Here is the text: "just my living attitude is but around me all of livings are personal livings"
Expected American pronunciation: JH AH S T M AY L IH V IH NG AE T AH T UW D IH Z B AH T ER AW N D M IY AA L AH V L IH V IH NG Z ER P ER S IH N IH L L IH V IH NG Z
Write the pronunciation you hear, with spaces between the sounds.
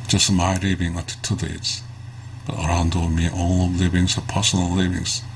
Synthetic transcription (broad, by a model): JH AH S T M AY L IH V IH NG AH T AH T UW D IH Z B AH T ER AW N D M IY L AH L L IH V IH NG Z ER P ER S IH N IH L L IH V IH NG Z